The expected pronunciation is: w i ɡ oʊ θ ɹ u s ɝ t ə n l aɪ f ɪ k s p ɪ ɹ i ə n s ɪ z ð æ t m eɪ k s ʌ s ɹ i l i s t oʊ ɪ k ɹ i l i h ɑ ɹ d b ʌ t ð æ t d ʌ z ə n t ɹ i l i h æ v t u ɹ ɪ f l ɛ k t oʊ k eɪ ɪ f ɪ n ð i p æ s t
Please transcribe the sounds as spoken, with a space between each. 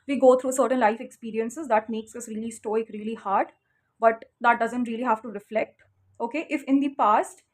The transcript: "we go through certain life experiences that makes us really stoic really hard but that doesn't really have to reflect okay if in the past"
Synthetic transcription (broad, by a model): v i ɡ oʊ t ɹ u s ɝ t ə n l aɪ f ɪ k s p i ɹ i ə n s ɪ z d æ t m eɪ k s ʌ s ɹ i l i s t oʊ ɪ k ɹ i l i h ɑ ɹ d b ʌ t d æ t d ʌ z ə n t ɹ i l i h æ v t u ɹ ɪ f l ɛ k t oʊ k eɪ ɪ f ɪ n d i p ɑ s t